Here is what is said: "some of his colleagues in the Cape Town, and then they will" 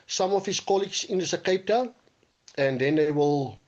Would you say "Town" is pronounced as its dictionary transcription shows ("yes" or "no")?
no